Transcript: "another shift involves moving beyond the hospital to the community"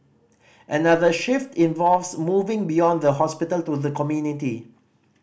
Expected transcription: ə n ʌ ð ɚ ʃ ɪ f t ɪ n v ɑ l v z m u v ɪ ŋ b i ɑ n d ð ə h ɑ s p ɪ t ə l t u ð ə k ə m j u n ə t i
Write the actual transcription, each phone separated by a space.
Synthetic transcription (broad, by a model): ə n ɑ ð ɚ ʃ ɪ f t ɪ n v ɑ l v s m u v ɪ ŋ b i ɑ n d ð ə h ɑ s p ɪ t ə l t u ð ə k ə m j u n ə t i